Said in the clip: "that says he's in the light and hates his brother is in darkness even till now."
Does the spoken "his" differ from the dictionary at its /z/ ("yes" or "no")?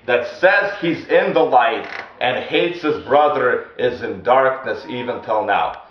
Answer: no